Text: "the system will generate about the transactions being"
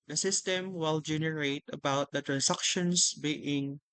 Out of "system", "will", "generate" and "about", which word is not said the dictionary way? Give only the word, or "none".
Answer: none